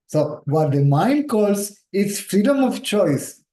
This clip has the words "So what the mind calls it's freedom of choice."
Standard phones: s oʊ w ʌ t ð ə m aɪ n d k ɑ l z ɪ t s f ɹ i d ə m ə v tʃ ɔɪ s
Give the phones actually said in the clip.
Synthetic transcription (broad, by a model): s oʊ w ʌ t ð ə m aɪ n d k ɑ l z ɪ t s f ɹ i d ə m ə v tʃ ɔɪ s